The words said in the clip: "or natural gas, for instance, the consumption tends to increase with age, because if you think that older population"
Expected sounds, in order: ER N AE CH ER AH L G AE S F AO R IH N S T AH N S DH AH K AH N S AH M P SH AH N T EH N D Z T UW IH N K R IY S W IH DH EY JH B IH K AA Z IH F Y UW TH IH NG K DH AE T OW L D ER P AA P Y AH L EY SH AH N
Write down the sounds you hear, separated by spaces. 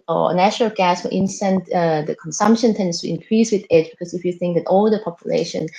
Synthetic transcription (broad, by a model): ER N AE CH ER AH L G AE S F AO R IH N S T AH N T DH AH K AH N S AH M P SH AH N T EH N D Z T UW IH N K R IY S W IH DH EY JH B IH K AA S IH F Y UW TH IH NG K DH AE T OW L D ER P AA P Y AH L EY SH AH N